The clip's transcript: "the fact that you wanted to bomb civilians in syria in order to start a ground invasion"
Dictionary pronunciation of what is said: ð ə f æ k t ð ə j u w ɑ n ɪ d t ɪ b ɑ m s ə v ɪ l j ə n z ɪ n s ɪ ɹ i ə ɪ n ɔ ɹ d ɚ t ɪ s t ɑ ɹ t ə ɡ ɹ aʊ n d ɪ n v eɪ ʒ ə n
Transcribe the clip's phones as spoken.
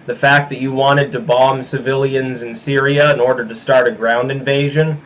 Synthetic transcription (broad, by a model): ð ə f æ k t ð ə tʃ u w ɑ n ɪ d t ɪ b ɑ m s ə v ɪ l j ə n z ɪ n s ɪ ɹ i ə ɪ n ɔ ɹ d ɚ t ɪ s t ɑ ɹ t ə ɡ ɹ aʊ n d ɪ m v eɪ ʒ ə n